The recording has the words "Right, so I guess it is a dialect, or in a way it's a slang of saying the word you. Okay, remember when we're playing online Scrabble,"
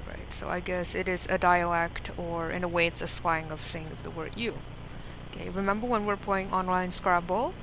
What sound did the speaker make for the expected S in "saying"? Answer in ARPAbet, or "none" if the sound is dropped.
TH